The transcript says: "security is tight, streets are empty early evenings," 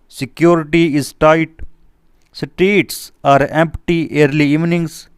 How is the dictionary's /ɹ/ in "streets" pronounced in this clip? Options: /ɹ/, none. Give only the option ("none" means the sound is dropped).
none